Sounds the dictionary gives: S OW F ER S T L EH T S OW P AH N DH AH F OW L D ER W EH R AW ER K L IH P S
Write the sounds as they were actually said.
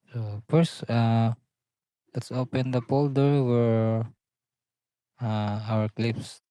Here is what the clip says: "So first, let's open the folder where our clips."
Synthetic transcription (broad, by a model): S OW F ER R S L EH T S OW P AH N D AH P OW L D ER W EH R AW ER K L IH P S